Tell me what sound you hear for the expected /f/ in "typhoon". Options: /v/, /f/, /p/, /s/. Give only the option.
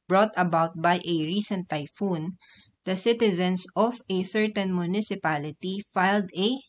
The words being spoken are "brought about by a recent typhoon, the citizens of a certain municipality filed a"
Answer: /f/